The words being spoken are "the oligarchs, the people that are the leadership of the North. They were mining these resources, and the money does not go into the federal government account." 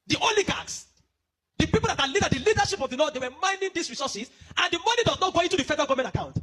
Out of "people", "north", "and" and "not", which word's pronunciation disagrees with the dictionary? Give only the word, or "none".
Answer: north